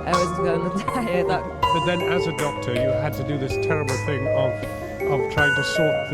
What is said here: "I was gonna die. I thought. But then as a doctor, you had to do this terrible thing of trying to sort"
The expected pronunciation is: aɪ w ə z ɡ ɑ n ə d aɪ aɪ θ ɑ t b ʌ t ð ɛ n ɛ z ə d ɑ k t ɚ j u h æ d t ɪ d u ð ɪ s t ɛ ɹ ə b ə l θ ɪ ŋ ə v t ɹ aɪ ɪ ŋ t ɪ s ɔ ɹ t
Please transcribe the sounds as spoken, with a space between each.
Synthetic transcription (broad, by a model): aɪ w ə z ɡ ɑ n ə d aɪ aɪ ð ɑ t b ʌ t ð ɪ n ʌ z ə d ɑ k t ɚ j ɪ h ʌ d t ɪ d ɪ ð ɪ s t ɛ ɹ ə b l θ ɪ ŋ ə v t ɹ aɪ ɪ ŋ t ɪ s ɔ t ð